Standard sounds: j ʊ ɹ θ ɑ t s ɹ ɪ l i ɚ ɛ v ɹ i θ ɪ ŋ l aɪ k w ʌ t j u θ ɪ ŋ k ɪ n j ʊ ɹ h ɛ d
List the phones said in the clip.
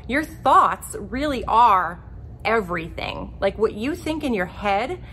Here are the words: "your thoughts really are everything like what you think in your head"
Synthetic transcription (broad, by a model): j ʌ ɹ θ ɑ t s ɹ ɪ l i ɚ ɛ v ɹ i θ ɪ ŋ l aɪ k w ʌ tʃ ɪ θ ɪ ŋ k ɪ n j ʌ ɹ h ɛ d